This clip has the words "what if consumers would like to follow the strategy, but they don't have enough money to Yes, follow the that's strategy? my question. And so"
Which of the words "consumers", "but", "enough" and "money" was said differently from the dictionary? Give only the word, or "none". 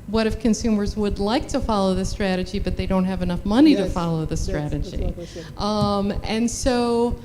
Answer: none